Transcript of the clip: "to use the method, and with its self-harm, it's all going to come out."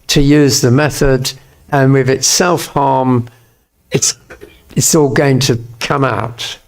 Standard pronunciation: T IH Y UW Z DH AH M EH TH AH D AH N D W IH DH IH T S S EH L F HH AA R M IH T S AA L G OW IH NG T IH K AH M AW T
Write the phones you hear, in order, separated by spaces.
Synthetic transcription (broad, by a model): T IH Y UW Z DH AH M EH TH AH D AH N W IH DH IH T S S EH L F HH AA R M IH T S AA L G OW IH NG T IH K AH M AW T